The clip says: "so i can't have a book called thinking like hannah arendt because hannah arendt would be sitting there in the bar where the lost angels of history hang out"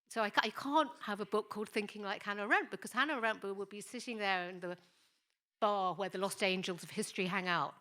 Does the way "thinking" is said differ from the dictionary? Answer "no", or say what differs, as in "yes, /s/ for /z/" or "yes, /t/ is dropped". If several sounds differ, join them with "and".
no